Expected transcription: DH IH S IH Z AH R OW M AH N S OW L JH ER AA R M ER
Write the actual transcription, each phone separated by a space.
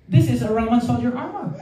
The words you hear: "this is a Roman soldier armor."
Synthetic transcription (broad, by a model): DH IH S IH Z AH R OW AH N S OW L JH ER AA R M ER